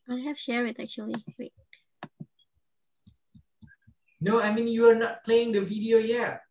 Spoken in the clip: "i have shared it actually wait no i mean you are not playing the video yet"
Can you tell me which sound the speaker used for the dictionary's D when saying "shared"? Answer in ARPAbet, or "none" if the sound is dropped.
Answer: none